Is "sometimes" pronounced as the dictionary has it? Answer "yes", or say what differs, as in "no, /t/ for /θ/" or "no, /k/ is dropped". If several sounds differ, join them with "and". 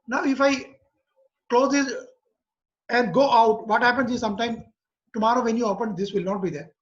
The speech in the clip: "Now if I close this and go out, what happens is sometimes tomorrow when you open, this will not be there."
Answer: no, /z/ is dropped